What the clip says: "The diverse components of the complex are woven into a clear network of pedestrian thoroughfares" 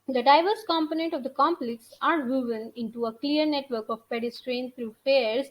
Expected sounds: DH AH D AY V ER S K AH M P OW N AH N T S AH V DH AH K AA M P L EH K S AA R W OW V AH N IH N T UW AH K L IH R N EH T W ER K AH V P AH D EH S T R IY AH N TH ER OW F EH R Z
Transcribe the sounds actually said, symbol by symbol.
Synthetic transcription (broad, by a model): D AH D AY V ER S K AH M P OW N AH N T AH V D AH K AA M P L EH K S AA R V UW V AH N IH N T UW AH K L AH R N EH T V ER K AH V P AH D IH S T R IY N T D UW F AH R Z